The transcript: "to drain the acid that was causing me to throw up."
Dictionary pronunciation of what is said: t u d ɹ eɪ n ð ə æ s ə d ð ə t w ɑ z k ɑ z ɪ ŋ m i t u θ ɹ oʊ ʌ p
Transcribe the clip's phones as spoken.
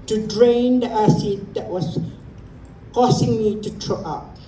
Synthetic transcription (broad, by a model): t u d ɹ eɪ n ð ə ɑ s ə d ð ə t w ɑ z k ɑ s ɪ ŋ m i t u t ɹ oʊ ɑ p